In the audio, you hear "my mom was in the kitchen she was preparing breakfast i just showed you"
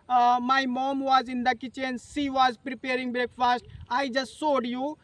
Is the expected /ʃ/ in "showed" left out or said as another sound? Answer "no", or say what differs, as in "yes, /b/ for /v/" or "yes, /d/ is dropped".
yes, /s/ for /ʃ/